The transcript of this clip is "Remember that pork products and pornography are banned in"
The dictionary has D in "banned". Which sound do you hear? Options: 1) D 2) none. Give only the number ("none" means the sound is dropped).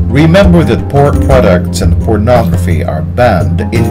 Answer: 1